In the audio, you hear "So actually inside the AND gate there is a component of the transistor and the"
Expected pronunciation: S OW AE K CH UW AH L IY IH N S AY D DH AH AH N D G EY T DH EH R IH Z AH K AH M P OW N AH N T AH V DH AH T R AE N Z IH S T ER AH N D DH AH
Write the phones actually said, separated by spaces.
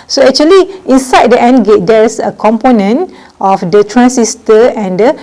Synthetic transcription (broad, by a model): S OW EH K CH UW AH L IY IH N S AY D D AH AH N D G EY T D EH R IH S AH K AH M P OW N AH N T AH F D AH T R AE N S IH S T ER AH N D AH